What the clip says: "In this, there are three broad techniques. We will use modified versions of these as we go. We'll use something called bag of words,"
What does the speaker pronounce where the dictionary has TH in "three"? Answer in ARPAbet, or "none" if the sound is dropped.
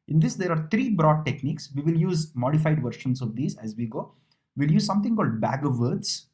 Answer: T